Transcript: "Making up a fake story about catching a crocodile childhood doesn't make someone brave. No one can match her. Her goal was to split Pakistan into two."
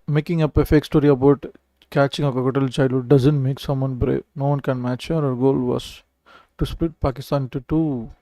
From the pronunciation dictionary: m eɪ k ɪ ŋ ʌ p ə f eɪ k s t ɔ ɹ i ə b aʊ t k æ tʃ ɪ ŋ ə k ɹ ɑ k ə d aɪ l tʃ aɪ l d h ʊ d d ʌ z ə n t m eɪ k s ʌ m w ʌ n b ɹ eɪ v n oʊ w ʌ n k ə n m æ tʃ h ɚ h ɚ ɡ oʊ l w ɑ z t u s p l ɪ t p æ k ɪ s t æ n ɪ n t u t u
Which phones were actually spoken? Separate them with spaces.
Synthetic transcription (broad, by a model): m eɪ k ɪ ŋ ʌ p ə f eɪ k s t ɔ ɹ i ə b aʊ t k æ tʃ ɪ ŋ ə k ɑ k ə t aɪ l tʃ aɪ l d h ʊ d d ʌ z ə n t m eɪ k s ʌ m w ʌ n b ɹ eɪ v n oʊ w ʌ n k ə n m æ tʃ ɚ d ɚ ɡ oʊ l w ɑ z t u s p l ɪ t p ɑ k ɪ s t ɪ n t u t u